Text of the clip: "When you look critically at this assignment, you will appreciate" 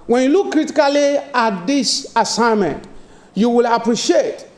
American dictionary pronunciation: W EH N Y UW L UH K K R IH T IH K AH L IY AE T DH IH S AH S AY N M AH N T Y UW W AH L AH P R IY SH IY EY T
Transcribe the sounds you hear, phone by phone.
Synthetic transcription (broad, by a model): W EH N Y UW L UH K K R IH T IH K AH L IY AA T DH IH S AH S AY N M AH N T Y UW W AH L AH P R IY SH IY EY T